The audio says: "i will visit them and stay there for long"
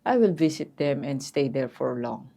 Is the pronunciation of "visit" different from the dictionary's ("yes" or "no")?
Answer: yes